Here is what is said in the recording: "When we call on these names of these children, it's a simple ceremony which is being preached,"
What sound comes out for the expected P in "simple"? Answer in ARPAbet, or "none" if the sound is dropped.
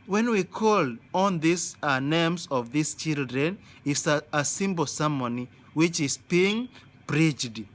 B